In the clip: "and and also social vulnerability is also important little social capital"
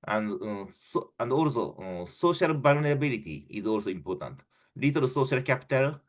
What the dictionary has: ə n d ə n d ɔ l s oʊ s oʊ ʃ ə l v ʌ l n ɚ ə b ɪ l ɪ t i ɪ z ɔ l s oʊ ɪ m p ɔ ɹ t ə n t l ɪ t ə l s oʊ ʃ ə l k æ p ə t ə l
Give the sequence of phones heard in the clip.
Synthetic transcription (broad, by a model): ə n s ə n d ɔ l s oʊ s oʊ ʃ ə l b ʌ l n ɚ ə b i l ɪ t i ɪ z ɔ l s oʊ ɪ m p ɔ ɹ t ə n t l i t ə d s oʊ ʃ ə l k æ p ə t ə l